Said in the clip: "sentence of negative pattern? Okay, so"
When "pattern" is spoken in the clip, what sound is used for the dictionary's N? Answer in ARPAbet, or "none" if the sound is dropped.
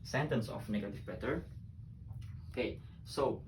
none